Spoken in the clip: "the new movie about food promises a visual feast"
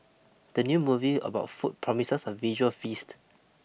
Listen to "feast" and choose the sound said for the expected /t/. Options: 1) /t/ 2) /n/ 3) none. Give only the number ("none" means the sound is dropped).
1